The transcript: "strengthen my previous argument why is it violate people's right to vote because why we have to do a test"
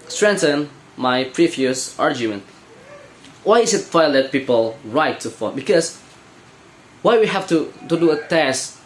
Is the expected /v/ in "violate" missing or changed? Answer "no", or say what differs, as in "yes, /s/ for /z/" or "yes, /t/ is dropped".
yes, /f/ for /v/